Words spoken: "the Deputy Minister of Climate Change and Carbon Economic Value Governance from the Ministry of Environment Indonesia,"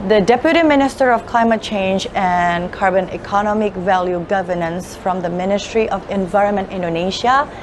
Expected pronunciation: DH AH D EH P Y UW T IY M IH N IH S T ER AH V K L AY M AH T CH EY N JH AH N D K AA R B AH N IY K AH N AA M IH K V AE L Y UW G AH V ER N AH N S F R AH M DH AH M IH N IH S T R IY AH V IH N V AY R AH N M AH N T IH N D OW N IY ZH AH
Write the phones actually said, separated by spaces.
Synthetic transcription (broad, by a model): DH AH D EH P Y UW T IY M IH N IH S T ER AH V K L AY M AH T CH EY N JH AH N K AA R B AH N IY K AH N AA M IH K V AE L Y UW G AH V ER N AH N S F R AH M DH AH M IH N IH S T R IY AH V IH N V AY R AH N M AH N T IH N D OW N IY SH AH